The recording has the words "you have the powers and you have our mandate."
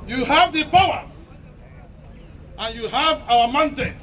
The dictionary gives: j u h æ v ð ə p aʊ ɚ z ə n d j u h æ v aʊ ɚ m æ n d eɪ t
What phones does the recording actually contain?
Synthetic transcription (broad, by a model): j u h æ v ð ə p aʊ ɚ ə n j u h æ v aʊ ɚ m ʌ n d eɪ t